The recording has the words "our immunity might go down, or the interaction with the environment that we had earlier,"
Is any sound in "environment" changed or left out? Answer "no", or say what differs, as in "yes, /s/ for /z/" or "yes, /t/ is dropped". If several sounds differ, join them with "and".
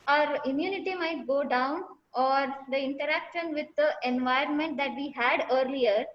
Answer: no